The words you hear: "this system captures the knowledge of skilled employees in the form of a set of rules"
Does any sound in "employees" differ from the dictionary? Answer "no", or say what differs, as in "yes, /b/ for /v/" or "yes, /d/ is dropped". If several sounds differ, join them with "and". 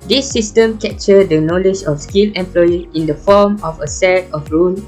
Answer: yes, /z/ is dropped